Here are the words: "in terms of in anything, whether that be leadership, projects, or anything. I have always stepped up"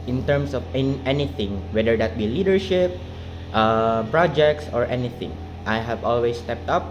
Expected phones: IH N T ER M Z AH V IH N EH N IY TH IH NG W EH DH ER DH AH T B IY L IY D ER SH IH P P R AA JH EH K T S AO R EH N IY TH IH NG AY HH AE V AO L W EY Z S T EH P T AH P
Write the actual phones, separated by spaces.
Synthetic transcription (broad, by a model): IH N T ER M S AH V IH N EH N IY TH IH NG W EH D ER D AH T B IY L IY D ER SH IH P P R AA JH EH K T S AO R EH N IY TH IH NG AY HH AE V AO L W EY S T EH P T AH P